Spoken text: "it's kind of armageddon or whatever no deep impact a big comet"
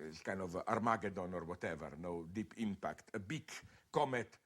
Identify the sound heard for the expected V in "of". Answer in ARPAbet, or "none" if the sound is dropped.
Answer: V